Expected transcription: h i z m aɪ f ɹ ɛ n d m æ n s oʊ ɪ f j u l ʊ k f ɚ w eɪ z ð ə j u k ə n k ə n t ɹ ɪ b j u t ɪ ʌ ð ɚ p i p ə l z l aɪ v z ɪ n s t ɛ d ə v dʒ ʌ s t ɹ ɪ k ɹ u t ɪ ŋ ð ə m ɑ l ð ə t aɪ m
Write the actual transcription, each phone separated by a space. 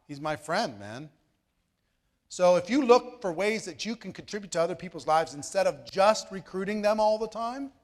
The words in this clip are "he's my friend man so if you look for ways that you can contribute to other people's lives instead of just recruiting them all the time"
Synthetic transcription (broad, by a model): h i z m aɪ f ɹ ɛ n d m æ n s oʊ ɪ f j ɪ l ʊ k f ɚ w eɪ z ð ə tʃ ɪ k ə n k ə n t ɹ ɪ b j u t ɪ ʌ ð ɚ p i p l z l aɪ v z ɪ n s t ɛ d ə v dʒ ʌ s t ɹ ɪ k ɹ u t ɪ ŋ ð ə m ɑ l ð ə t aɪ m